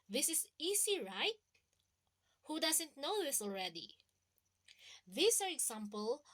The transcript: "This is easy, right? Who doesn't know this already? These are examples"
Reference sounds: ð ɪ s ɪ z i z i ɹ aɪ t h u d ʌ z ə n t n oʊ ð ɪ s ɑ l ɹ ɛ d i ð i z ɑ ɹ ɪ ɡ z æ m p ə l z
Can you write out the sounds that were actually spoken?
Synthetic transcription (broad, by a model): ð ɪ s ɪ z i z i ɹ aɪ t h u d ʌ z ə n t n oʊ ð ɪ s ɑ l ɹ ɛ d i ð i s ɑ ɹ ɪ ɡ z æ m p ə l